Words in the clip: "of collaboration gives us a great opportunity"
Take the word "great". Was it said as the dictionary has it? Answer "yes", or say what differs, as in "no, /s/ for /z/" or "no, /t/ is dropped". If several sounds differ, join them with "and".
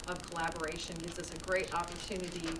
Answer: yes